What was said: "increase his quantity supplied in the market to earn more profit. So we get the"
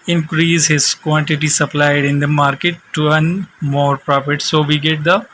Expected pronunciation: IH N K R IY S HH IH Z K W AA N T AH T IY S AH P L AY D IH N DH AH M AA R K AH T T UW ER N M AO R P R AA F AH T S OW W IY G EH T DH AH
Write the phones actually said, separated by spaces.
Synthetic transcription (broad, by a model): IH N K R IY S HH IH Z K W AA N T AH T IY S AH P L AY D IH N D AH M AA R K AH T T UW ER N M AO R P R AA P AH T S OW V IY G EH T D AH